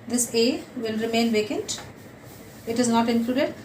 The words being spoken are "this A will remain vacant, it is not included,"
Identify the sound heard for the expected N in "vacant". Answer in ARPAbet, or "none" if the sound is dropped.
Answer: N